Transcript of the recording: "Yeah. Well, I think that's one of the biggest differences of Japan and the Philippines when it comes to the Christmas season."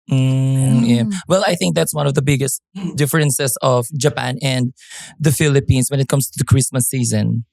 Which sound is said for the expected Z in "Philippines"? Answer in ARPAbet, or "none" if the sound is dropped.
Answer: S